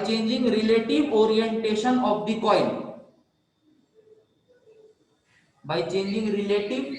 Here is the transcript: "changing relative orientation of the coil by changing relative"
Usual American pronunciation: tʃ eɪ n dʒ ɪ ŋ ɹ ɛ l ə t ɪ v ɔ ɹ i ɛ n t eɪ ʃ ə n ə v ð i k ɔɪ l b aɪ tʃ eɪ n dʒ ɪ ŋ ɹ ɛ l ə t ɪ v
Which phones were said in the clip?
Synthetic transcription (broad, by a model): tʃ eɪ n dʒ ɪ ŋ ɹ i l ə t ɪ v ɔ ɹ i ɛ n t eɪ ʃ ə n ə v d i k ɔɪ n b aɪ tʃ eɪ n dʒ ɪ ŋ ɹ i l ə t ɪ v